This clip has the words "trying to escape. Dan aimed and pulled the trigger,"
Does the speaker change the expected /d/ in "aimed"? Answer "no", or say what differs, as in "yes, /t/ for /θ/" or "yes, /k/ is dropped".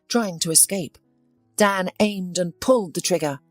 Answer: no